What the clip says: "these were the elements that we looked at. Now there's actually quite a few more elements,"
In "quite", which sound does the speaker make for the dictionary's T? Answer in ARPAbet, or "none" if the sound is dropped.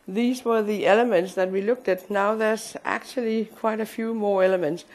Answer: T